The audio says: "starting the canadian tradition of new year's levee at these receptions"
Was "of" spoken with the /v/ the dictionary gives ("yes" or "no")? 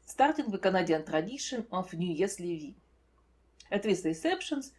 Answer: no